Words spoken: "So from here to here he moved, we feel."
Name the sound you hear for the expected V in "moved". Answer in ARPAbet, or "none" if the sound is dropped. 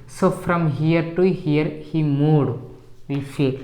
none